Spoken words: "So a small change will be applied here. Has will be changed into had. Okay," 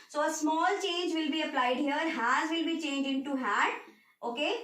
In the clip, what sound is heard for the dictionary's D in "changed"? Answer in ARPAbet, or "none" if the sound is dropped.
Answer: none